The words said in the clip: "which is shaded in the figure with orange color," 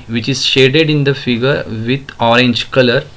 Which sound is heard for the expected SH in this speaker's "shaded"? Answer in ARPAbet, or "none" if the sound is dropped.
SH